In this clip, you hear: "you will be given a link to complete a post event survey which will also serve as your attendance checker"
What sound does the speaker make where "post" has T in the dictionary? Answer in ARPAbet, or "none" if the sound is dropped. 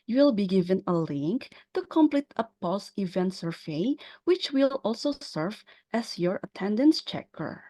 none